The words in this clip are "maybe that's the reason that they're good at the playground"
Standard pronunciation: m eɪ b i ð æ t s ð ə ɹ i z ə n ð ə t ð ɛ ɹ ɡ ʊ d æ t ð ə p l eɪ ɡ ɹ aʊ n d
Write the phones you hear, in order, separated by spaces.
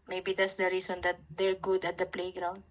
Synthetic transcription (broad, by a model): m eɪ b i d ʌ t s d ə ɹ i s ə n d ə t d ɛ ɹ ɡ ʊ d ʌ t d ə p l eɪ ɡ ɹ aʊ n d